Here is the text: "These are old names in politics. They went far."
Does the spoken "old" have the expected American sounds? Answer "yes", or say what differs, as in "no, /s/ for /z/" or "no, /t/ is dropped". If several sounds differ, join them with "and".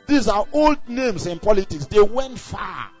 yes